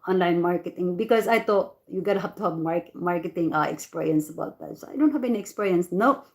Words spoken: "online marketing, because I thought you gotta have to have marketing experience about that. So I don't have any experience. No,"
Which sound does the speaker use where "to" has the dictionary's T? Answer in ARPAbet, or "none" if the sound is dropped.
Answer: T